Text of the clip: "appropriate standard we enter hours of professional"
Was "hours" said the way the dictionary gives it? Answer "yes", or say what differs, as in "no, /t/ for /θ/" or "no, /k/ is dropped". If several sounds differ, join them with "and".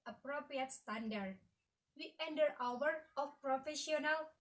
no, /z/ is dropped